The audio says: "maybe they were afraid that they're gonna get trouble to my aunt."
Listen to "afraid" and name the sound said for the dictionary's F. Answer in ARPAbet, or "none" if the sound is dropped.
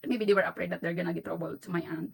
P